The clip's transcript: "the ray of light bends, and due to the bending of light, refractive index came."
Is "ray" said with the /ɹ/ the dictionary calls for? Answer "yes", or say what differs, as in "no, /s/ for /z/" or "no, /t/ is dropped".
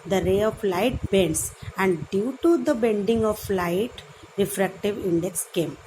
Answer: yes